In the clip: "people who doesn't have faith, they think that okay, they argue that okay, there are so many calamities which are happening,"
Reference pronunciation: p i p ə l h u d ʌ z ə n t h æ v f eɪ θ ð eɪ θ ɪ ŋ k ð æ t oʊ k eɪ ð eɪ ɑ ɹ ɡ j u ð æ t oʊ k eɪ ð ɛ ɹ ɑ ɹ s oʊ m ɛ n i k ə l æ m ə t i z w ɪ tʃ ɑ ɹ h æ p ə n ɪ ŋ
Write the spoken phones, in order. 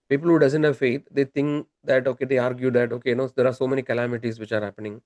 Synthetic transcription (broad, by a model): p i p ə l h u d ʌ z ə n t h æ v f eɪ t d eɪ t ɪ ŋ k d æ t oʊ k eɪ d eɪ ɑ ɹ ɡ j u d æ t oʊ k eɪ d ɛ ɹ ɑ ɹ s oʊ m ɛ n i k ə l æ m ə t i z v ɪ tʃ ɑ ɹ h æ p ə n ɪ ŋ